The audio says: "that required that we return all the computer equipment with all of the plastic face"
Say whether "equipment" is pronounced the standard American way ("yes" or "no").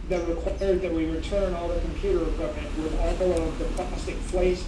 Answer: no